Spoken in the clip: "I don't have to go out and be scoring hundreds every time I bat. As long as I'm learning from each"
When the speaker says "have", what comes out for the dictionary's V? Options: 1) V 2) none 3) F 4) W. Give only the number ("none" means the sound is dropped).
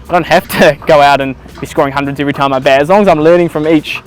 3